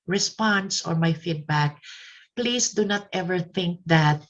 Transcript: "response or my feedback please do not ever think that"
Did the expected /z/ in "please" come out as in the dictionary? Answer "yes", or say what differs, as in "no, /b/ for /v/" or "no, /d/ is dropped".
no, /s/ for /z/